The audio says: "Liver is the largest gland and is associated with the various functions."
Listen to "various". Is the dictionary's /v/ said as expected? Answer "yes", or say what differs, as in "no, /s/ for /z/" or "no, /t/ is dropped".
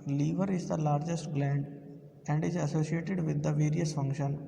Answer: yes